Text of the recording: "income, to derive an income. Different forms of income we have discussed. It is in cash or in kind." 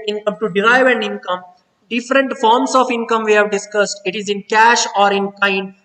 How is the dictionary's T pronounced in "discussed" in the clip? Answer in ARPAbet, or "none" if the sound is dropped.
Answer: T